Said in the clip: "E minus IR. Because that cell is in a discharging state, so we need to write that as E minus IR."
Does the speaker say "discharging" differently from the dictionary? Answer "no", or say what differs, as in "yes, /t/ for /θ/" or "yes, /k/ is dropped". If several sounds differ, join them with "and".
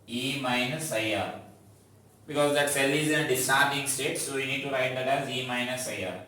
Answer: yes, /tʃ/ is dropped